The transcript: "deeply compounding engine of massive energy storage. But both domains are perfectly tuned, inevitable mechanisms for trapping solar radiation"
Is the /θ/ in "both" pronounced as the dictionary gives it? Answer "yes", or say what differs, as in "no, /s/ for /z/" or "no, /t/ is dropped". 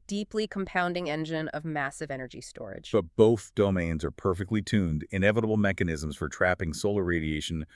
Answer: yes